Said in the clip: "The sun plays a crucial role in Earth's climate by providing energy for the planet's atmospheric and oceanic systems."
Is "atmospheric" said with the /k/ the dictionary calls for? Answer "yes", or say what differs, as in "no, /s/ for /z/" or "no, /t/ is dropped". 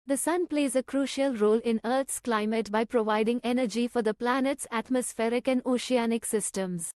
yes